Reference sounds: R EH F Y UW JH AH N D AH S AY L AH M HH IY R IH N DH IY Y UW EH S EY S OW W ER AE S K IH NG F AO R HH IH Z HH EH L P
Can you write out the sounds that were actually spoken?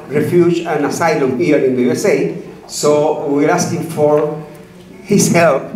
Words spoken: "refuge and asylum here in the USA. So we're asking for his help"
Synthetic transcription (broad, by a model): R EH F Y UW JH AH N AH S AY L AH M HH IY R IH N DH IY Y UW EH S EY S OW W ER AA S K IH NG F AO R HH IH S HH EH L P